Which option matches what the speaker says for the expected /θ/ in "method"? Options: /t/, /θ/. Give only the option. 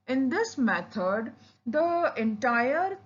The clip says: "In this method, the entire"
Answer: /t/